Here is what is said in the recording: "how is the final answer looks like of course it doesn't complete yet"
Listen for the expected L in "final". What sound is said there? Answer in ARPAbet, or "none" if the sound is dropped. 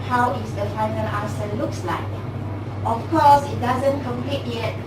L